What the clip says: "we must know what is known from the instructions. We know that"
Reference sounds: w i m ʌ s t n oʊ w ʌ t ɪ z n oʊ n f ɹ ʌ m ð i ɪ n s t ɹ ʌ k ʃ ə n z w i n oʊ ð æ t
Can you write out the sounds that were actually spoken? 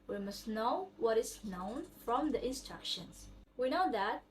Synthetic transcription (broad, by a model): w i m ʌ s t n oʊ w ʌ t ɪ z n oʊ n f ɹ ʌ m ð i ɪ n s t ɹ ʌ k ʃ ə n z w i n oʊ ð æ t